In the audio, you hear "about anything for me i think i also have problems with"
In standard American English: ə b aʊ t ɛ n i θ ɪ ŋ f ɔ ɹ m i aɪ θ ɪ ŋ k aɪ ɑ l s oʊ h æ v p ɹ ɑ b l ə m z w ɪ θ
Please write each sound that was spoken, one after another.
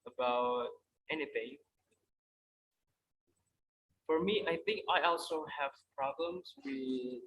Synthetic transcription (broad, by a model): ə b aʊ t ɛ n i θ ɪ ŋ f ɔ ɹ m i aɪ θ ɪ ŋ k aɪ ɑ l s oʊ h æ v p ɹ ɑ b l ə m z w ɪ